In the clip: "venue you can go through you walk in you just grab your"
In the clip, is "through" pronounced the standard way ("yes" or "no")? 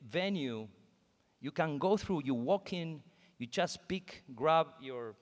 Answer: yes